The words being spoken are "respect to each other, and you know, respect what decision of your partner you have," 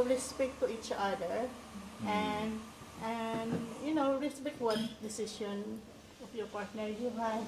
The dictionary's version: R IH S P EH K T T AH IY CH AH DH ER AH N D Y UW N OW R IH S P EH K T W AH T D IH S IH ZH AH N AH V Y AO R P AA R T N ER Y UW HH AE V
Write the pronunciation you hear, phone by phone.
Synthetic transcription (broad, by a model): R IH S P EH K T T AH IY CH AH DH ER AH N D Y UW N OW R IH S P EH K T W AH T D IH S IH SH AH N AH F Y AO R P AA R T N ER Y UW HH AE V